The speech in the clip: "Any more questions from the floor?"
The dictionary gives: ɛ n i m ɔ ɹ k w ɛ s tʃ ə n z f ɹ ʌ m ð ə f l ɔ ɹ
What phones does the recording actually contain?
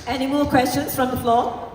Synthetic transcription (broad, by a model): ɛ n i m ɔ l k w ɛ s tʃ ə n s f ɹ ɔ m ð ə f l ɔ